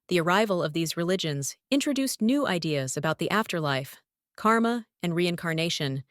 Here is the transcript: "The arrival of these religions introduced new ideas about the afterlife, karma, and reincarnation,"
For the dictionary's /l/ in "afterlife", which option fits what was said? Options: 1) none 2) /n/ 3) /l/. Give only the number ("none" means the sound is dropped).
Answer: 3